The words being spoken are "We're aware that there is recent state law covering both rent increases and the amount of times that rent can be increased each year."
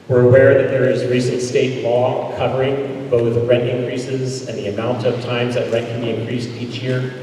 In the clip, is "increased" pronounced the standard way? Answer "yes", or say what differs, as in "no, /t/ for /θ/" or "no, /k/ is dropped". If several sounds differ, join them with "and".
yes